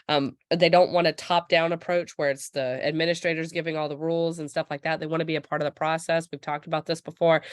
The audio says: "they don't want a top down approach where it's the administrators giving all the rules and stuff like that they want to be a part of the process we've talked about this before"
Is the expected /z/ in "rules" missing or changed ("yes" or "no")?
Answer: no